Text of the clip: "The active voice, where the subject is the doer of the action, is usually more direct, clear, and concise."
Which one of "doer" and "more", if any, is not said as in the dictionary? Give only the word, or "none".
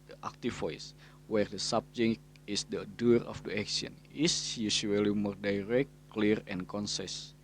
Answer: none